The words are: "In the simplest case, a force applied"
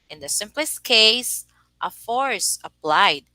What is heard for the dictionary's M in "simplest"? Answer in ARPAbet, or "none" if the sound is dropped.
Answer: M